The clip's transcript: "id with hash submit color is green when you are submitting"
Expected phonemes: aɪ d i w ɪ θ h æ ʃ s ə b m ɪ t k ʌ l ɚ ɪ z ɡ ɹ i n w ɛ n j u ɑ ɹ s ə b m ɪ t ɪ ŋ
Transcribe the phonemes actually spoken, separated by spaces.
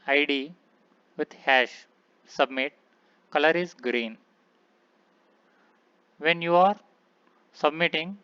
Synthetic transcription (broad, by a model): aɪ d i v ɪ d h æ ʃ s ə b m ɪ t k ʌ l ɚ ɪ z ɡ ɹ i n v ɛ n j u ɑ ɹ s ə b m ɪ t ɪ ŋ